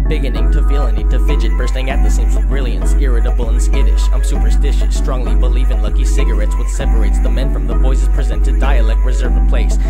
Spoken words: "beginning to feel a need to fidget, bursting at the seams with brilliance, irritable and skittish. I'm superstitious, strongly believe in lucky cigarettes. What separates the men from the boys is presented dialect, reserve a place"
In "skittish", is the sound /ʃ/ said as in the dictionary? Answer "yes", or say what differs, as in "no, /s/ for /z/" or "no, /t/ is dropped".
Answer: no, /s/ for /ʃ/